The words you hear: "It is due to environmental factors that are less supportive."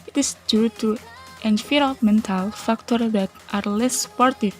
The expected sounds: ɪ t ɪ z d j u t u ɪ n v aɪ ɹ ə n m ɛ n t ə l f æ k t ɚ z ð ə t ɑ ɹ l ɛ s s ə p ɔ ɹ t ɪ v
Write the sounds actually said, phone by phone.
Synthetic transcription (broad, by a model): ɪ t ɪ s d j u t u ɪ n f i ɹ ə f m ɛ n t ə l f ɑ k t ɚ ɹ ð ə t ɑ ɹ l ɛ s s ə p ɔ ɹ t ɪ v